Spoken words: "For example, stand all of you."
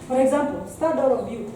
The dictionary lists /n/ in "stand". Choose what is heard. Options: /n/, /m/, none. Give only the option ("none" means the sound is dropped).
none